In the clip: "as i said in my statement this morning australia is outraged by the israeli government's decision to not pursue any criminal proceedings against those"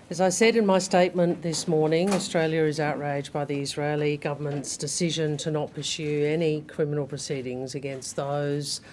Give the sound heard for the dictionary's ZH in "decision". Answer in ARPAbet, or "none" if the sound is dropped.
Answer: ZH